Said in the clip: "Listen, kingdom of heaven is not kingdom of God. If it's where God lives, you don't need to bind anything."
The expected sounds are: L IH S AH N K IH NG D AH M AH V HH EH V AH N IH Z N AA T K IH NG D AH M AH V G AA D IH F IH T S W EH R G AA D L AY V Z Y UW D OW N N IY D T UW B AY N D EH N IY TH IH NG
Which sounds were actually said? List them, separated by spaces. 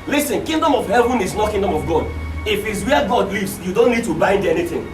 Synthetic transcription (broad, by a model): L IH S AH N K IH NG D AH M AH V HH EH V AH N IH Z N AA T K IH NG D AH M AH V G AA D IH F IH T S W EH G AA D L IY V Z Y UW D OW N N IY D T UW B AY N D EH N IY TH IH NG